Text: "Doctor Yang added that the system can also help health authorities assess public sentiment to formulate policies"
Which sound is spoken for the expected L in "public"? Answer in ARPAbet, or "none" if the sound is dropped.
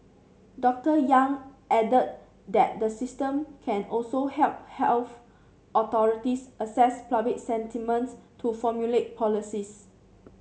none